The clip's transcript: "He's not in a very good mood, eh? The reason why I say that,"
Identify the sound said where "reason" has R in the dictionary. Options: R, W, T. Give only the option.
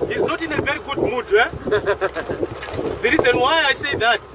R